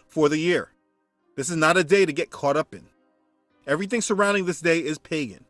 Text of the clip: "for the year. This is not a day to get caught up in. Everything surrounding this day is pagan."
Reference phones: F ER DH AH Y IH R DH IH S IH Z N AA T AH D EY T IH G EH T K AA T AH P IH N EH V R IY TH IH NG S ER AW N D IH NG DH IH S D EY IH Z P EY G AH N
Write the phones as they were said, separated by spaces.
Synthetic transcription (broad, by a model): F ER DH AH Y IH R DH IH S IH Z N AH T AH D EY T IH G EH T K AA T AH P IH N EH V R IY TH IH NG S ER AW N D IH NG DH IH S D EY IH Z P EY G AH N